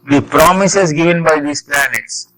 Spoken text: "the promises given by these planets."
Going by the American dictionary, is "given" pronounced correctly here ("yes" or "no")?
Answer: yes